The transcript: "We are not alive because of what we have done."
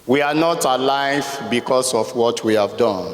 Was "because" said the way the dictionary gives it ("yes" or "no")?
no